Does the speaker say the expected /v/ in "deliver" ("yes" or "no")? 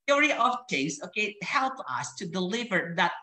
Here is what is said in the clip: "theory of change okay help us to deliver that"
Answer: yes